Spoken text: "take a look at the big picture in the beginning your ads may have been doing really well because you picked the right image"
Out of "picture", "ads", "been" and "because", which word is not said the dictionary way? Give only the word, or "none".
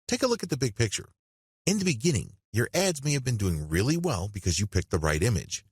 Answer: none